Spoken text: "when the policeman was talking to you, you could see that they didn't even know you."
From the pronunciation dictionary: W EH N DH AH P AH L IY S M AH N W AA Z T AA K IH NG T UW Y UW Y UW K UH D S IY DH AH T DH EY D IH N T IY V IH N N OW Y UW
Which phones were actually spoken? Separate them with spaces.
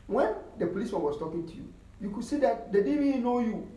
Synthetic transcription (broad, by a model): W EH N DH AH P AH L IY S AH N W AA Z T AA K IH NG T UW Y UW Y UW K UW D S IY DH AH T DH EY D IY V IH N N OW Y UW